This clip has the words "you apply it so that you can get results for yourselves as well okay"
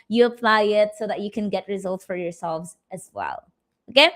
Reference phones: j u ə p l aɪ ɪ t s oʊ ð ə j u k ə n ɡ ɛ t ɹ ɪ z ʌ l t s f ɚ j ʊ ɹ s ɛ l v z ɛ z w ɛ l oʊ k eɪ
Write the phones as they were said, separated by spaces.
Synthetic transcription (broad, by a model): j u ə p l aɪ ɪ t s oʊ ð ə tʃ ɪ k ə n ɡ ɛ t ɹ ɪ z ʌ l t s f ɚ j ʊ ɹ s ɛ l v z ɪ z w ɛ l oʊ k eɪ